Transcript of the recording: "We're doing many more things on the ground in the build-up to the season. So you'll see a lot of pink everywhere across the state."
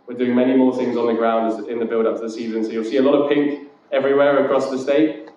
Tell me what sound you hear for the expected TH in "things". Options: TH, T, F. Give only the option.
TH